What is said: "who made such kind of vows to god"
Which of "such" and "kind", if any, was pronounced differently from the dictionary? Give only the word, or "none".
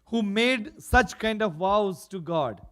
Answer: none